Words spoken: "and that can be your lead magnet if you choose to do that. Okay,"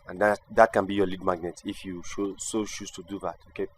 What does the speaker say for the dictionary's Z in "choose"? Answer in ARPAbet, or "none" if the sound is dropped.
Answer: S